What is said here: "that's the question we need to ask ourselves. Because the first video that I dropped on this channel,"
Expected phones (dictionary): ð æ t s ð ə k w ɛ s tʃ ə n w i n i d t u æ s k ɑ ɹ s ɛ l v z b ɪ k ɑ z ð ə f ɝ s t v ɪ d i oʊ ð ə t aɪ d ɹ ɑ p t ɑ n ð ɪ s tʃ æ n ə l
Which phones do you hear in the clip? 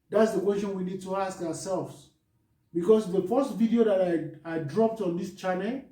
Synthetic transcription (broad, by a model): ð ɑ t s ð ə k w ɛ s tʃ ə n w i n i d t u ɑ s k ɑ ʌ s ɛ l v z b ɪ k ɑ s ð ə f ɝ s t v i d i oʊ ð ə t aɪ d ɹ ɑ p t ɑ n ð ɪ s tʃ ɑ n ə l